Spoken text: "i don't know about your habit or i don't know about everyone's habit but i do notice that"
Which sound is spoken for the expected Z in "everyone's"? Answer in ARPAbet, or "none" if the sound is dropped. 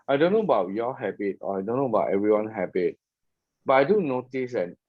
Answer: none